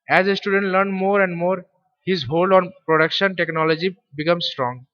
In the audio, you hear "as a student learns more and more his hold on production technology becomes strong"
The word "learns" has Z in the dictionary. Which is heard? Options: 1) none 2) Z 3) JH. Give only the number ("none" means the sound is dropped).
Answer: 1